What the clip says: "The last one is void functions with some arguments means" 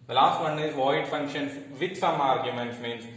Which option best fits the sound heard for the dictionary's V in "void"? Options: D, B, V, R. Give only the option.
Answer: V